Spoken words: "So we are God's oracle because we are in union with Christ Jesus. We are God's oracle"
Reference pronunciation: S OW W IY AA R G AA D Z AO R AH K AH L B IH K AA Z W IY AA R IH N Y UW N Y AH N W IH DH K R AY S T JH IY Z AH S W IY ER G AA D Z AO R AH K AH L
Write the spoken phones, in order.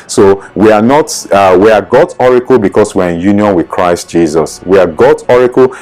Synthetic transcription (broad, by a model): S OW W IY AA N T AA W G AO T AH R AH L B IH K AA S W IY AA R IH N Y UW N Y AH N W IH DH K R AY S T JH IY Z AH S W IY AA G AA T AO R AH K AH L